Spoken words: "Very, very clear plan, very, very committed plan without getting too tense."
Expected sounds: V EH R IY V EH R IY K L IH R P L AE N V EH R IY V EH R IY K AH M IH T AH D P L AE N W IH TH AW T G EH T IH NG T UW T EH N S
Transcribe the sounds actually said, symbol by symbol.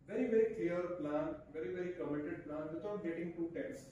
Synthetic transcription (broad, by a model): V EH R IY V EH R IY K L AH R P L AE N V EH R IY V EH R IY K AH M IH T AH D P L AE N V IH T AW T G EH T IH NG T UW T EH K S